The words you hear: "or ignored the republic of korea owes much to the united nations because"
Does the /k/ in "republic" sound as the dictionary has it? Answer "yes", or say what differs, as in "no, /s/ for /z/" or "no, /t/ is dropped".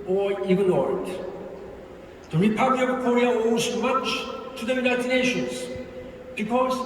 no, /k/ is dropped